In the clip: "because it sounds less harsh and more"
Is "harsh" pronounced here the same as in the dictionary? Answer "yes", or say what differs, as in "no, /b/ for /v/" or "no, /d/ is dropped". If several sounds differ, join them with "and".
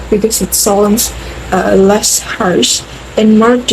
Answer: no, /s/ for /ʃ/